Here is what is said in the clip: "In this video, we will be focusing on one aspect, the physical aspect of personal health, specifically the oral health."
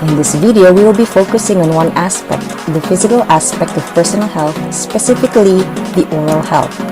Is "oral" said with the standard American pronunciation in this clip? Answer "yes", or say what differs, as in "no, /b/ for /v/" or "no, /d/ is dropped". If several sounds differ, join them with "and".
yes